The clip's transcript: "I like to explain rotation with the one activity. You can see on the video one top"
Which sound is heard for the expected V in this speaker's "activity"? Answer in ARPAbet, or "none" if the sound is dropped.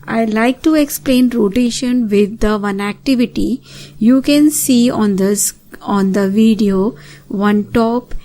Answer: V